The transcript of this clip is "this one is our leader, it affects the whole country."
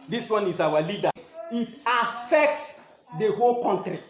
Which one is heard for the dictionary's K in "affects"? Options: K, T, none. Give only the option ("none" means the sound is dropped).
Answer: K